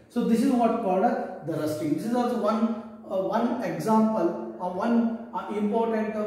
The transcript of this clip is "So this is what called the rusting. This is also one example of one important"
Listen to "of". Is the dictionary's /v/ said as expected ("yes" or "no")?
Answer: yes